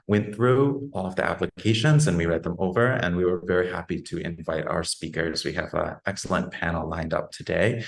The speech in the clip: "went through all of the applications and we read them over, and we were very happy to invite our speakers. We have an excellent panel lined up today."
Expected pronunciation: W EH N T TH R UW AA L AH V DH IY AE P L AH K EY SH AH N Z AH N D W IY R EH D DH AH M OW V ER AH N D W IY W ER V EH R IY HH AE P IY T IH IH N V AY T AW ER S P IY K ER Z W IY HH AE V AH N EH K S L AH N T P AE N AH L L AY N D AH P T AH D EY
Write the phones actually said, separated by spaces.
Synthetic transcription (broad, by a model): W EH N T TH R UW AA L AH V DH IY AE P L AH K EY SH AH N Z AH N W IY R EH D DH AH M OW V ER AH N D W IY W ER V EH R IY HH AE P IY T IH IH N V AY T AW ER S P IY K ER Z W IY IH V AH EH K S L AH N P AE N L L AY N D AH P T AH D EY